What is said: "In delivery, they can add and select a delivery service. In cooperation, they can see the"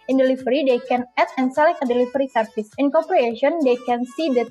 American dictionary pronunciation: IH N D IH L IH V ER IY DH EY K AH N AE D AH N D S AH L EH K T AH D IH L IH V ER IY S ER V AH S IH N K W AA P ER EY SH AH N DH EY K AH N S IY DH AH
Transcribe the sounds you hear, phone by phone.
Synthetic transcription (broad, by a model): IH N D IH L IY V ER IY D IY K AH N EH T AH N S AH L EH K AH D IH L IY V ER IY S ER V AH S IH N K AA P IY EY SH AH N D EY K AH N S IY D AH